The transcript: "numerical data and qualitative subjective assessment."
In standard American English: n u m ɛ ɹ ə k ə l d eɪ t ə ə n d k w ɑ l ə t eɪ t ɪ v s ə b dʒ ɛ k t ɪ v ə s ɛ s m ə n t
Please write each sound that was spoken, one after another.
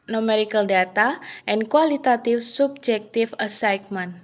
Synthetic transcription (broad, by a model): n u m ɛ ɹ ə k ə l d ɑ t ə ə n k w ɑ l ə t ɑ t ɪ f s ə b dʒ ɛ k t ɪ f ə s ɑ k m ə n